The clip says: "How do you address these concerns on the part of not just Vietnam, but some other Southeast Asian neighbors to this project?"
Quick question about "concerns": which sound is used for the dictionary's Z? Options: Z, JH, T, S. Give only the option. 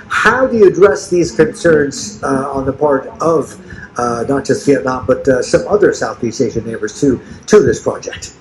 Z